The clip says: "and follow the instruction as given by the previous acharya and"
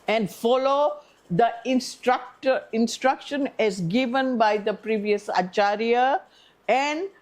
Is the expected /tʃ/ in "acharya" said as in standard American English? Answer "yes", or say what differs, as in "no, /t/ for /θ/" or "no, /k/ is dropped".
yes